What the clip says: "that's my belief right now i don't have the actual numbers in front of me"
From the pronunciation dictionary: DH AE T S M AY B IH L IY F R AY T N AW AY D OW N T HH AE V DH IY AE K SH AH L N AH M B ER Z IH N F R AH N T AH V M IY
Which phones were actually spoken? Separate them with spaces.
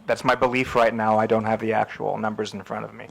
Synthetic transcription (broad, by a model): DH AE T S M AY B IH L IY F R AY T N AW AY D OW N T HH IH V DH IY AE K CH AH L N AH M B ER Z N F R AH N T AH V M IY